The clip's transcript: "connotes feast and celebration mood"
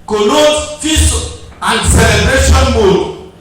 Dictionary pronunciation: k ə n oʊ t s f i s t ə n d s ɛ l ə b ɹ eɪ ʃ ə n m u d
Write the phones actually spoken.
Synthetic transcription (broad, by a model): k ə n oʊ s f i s ə n d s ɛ l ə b ɹ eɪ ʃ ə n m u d